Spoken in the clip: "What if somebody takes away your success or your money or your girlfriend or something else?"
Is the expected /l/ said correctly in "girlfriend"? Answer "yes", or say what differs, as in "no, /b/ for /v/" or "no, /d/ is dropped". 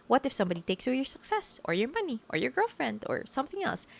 yes